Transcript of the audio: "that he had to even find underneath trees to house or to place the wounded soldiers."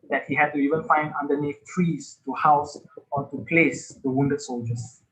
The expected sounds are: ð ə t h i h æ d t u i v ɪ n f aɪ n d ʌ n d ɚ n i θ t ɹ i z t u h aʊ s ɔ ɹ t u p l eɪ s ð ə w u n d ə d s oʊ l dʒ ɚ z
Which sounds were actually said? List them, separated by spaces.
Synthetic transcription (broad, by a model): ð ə t h i h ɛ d t u i v ɪ n f aɪ n d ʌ n d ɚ n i f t ɹ i s t u h aʊ s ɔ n t u p l eɪ s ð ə w u n d ə d s oʊ l dʒ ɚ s